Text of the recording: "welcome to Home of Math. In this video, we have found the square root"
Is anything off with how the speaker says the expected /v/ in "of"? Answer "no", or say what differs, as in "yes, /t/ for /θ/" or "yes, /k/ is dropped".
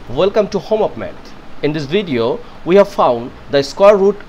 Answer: yes, /p/ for /v/